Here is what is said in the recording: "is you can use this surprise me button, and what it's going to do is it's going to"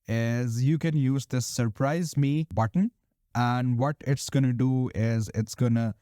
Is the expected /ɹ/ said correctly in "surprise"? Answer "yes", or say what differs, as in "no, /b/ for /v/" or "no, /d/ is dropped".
yes